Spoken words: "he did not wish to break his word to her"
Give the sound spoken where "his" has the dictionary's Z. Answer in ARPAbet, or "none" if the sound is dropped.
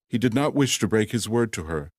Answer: Z